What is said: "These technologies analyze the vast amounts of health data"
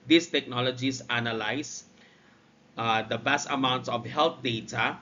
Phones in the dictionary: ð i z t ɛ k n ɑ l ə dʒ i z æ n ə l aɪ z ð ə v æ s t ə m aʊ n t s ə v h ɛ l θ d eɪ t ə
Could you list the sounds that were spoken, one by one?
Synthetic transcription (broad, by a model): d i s t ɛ k n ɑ l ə dʒ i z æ n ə l aɪ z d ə b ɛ s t ə m aʊ n t s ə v h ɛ l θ d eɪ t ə